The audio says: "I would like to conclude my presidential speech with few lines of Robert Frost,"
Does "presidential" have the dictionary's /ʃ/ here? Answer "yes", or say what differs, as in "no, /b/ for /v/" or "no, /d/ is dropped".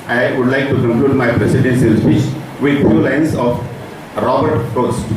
no, /s/ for /ʃ/